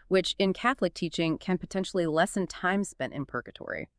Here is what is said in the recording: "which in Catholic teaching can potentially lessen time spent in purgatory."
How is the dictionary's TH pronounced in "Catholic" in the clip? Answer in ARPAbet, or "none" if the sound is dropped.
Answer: TH